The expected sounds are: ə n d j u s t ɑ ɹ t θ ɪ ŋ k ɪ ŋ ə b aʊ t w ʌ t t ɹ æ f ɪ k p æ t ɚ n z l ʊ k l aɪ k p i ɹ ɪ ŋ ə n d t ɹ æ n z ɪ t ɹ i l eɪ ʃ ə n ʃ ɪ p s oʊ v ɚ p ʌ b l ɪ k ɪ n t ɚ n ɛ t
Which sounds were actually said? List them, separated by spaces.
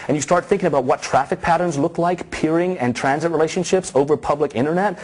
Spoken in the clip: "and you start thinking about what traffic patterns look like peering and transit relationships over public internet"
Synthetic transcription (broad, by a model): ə n j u s t ɑ ɹ t θ ɪ ŋ k ɪ ŋ ə b aʊ t w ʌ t t ɹ æ f ɪ k p æ t ɚ n z l ʊ k l aɪ k p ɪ ɹ ɪ ŋ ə n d t ɹ æ n z ɪ t ɹ i l eɪ ʃ ə n ʃ ɪ p s oʊ v ɚ p ʌ b l ɪ k ɪ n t ɚ n ɛ t